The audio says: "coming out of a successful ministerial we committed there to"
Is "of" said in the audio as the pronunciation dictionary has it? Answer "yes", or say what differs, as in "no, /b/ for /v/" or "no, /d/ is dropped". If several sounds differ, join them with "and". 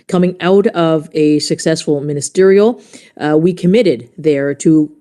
yes